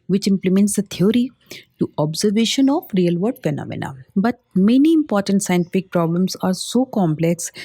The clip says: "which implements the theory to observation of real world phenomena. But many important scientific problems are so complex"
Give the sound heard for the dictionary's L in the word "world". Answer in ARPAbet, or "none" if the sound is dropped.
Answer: none